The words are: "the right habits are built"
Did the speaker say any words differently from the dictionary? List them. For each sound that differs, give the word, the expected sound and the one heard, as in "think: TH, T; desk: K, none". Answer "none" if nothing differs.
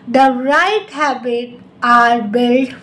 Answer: habits: S, none